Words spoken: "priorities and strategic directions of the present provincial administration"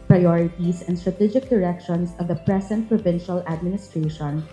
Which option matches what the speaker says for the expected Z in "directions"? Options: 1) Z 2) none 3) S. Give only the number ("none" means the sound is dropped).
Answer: 3